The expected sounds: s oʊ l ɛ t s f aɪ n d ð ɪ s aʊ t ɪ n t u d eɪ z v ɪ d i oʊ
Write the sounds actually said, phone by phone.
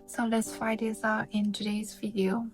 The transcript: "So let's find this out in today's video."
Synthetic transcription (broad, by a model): s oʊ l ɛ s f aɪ d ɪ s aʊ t ɪ n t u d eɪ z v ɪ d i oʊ